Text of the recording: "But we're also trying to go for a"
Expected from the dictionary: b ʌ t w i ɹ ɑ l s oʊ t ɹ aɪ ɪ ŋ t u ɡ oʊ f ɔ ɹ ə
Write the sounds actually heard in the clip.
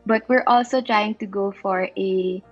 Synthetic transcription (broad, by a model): b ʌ t w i ɹ ɑ l s oʊ t ɹ aɪ ɪ ŋ t u ɡ oʊ f ɔ ɹ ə